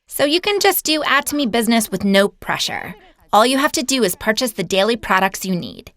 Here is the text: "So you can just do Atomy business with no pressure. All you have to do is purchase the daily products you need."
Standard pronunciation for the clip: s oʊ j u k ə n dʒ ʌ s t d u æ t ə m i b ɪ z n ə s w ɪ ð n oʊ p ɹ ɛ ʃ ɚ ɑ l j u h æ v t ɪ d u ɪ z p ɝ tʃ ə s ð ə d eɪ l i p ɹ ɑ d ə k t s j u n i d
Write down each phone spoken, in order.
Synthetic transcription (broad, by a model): s oʊ j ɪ k ə n dʒ ʌ s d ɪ æ t ə m i b ɪ z n ə s w ɪ ð n oʊ p ɹ ɛ ʃ ɚ ɑ l j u h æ f t ɪ d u ɪ z p ɝ tʃ ə s ð ə d eɪ l i p ɹ ɑ d ə k t s j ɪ n i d